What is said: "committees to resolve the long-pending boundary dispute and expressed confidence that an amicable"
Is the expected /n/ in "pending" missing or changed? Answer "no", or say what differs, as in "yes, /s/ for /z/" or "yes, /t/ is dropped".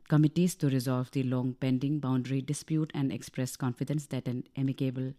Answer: no